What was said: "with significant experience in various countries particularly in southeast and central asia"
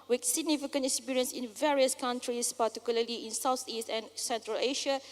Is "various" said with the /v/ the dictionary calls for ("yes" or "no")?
yes